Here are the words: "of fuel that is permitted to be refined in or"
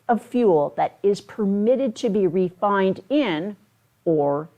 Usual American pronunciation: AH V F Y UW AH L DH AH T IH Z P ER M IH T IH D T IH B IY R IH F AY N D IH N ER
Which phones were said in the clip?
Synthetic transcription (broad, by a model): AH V F Y UW L DH AH T IH Z P ER M IH T IH D T IH B IY R IH F AY N D IH N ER